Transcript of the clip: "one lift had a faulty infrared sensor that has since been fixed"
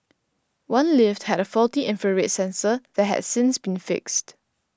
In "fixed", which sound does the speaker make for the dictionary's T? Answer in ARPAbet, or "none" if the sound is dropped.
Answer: T